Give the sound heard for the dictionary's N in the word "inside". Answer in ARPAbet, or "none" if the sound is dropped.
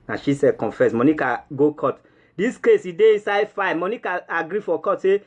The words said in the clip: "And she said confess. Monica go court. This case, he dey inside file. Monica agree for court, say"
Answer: N